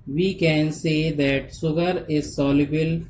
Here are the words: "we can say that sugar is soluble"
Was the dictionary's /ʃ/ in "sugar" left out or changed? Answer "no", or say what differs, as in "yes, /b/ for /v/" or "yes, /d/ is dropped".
yes, /s/ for /ʃ/